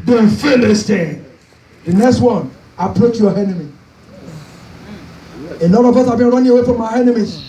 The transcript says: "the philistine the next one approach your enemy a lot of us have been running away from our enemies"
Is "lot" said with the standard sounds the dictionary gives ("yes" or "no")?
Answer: no